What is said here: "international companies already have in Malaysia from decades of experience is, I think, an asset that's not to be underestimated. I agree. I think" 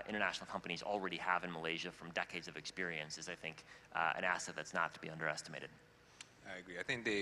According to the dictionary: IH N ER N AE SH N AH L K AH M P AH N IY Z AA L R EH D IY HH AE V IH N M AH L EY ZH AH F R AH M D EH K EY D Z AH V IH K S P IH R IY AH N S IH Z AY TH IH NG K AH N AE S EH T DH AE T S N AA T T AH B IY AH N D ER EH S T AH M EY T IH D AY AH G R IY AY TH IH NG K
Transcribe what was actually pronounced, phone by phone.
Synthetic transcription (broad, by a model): IH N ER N AE SH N L K AH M P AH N IY Z L R EH D IY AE V IH N M AH L EY ZH AH F R AH M D EH K EY D Z AH V IH K S P IH R IY AH N S IH Z AY TH IH NG K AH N AE S EH T DH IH T S N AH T T AH B IY AH N D ER EH S T AH M EY T IH D AY AH G R IY AY TH IH NG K